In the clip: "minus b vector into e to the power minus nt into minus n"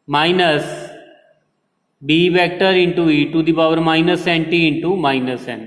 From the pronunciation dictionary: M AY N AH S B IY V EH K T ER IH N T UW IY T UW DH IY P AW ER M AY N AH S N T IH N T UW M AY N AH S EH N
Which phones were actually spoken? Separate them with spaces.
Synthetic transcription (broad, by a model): M AY N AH S B IY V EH K T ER IH N T UW IY T UW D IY B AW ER M AY N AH S N T IH N T UW M AY N AH S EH N